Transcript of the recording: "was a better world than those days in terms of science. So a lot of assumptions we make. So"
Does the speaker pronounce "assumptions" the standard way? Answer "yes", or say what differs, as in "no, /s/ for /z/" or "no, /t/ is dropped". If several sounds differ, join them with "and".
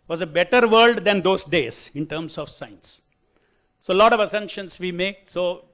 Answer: no, /p/ is dropped